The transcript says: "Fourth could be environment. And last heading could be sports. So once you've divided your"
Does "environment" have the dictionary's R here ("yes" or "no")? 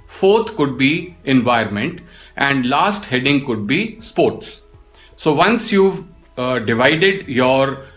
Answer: no